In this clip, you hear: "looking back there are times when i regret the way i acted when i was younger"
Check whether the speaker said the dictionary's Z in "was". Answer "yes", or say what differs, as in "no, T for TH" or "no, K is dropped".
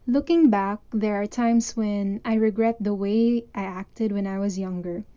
yes